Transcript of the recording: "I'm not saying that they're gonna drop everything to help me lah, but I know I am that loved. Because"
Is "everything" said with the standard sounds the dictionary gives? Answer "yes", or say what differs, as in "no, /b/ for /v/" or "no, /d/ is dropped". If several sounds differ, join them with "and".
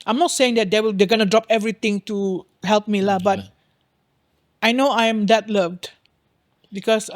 no, /t/ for /θ/